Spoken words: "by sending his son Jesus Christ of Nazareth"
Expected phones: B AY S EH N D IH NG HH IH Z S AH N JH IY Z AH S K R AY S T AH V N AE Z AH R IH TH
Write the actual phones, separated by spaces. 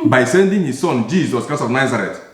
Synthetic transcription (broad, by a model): B AY S EH N D IH NG HH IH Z S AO N JH IY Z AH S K AY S AH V N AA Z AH R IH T